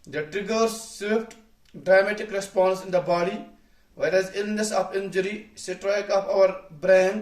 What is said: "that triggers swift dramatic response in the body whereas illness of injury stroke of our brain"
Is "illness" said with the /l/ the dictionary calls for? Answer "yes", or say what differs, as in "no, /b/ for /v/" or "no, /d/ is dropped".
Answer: yes